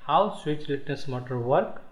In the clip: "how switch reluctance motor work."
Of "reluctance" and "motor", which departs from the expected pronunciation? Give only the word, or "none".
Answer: reluctance